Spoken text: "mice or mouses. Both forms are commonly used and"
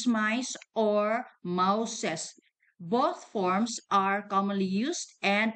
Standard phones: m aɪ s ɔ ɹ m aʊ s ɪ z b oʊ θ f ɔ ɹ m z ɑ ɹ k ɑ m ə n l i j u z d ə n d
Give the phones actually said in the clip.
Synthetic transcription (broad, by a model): m aɪ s ɔ ɹ m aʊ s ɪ s b oʊ t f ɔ ɹ m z ɑ ɹ k ɑ m ə n l i j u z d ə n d